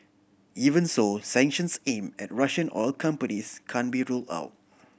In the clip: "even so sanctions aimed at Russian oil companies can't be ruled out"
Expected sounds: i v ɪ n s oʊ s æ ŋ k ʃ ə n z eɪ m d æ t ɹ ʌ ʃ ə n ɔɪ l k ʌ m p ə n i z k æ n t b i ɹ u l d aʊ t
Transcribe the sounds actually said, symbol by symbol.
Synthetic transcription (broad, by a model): i v ɪ n s oʊ s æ ŋ k ʃ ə n s eɪ m ɛ t ɹ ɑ ʃ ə n ɔɪ l k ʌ m p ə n i s k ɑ n b i ɹ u l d aʊ t